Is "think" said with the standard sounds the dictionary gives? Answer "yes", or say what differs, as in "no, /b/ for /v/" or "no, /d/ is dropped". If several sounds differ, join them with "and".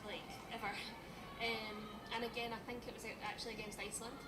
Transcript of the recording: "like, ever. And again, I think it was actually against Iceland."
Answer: yes